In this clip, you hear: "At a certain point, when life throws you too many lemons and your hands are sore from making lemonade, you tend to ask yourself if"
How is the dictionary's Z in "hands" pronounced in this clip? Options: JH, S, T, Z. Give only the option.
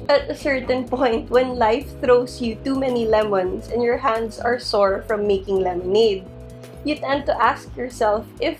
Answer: S